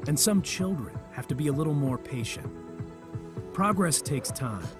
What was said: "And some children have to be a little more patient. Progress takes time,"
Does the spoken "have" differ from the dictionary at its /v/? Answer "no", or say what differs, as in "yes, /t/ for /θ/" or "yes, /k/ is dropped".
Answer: yes, /f/ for /v/